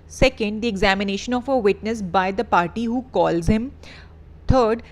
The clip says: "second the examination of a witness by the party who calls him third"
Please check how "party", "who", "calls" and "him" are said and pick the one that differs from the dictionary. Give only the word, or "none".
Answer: none